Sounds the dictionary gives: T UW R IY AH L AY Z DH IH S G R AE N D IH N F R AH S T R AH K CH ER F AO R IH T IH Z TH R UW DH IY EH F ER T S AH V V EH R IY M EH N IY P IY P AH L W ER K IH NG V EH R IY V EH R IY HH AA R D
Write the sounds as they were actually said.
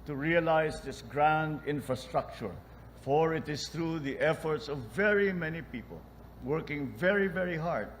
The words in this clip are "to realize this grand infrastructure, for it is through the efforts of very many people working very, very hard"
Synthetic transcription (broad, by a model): T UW R IY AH L AY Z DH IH S G R AE N D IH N F R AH S T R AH K CH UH F AO R IH T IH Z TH R UW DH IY EH F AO T S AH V V EH R IY M EH N IY P IY P AH L W ER K IH NG V EH R IY V EH R IY HH AA R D